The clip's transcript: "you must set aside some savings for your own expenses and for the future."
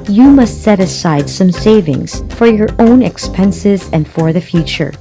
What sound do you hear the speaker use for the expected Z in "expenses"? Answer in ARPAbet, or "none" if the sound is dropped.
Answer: Z